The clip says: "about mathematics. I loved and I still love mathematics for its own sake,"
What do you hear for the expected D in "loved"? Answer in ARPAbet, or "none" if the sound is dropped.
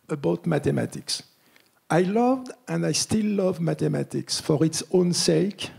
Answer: D